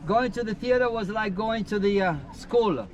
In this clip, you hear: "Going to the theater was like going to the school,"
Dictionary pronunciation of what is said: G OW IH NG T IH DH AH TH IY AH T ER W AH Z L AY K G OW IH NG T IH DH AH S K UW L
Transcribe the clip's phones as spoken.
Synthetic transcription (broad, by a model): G OW IH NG T IH DH AH TH IY AH T ER W AH Z L AY K G OW IH NG T IH DH AH S K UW L